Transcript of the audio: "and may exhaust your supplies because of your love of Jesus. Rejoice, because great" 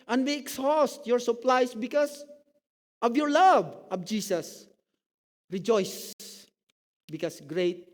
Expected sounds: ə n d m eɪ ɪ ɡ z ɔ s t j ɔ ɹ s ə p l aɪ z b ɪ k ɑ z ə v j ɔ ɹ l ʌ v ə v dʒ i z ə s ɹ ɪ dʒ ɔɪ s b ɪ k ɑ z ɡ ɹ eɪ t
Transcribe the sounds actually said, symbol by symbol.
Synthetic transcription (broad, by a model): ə n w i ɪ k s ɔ s t j ɔ ɹ s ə p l aɪ s b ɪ k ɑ s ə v j ɔ ɹ l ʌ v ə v dʒ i s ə s ɹ ɪ dʒ ɔɪ s b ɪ k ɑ s ɡ ɹ eɪ t